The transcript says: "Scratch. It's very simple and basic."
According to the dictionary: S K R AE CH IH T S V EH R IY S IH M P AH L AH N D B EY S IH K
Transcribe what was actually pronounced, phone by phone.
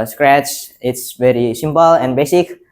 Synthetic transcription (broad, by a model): S K R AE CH IH T S V EH R IY S IH M P AH L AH N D B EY S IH K